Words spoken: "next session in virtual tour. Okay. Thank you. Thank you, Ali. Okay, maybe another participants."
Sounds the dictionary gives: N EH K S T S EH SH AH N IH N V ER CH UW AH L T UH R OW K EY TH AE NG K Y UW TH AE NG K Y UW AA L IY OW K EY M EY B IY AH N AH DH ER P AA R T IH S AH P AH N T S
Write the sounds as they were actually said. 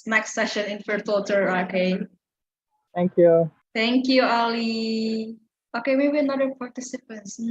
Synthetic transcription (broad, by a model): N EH K S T S EH SH AH N IH N F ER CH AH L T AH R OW K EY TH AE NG K Y UW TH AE NG K Y UW AA L IY OW K EY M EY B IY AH N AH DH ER P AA R T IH S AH P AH N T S